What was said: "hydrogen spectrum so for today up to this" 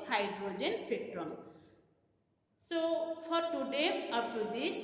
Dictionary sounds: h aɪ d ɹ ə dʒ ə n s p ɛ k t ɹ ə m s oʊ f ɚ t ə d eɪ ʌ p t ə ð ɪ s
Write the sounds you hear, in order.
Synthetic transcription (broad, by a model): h aɪ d ɹ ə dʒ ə n s p ɛ k t ɹ ə m s oʊ p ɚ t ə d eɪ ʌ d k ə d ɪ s